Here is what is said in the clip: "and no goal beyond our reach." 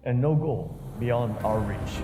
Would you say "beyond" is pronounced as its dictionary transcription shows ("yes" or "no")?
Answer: yes